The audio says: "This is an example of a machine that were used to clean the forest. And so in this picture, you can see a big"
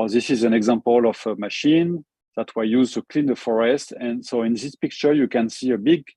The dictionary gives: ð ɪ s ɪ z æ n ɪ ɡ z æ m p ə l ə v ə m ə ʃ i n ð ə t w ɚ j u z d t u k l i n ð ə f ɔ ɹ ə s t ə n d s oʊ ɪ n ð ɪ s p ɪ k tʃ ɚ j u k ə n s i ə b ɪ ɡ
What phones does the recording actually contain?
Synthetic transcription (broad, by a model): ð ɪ s ɪ z æ n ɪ ɡ z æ m p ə l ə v ə m ə ʃ i n ð ə t w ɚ j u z t u k l i n ð ə f ɔ ɹ ə s t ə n s oʊ ɪ n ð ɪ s p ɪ k tʃ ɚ j u k ə n s i ə b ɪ ɡ